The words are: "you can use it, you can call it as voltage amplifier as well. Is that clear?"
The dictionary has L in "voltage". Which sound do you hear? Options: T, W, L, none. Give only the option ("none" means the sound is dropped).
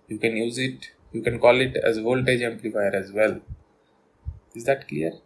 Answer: L